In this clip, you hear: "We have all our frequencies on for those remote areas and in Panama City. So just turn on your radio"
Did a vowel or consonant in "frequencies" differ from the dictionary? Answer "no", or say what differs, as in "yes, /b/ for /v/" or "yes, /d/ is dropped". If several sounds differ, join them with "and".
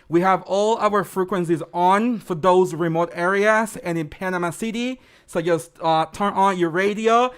no